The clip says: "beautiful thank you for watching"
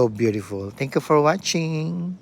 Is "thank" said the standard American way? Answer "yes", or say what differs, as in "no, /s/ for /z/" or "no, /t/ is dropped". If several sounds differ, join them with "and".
no, /t/ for /θ/